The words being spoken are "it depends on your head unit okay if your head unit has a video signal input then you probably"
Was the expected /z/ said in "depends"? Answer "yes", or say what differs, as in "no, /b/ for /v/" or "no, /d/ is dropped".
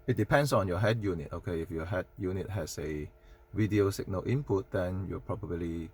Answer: no, /s/ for /z/